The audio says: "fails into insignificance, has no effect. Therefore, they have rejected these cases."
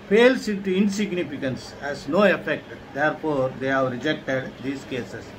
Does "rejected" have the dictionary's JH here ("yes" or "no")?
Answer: yes